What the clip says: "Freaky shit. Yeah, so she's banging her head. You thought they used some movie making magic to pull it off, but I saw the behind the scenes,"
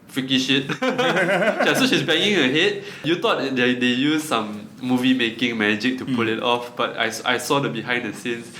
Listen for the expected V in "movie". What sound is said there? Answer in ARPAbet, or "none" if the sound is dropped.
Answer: V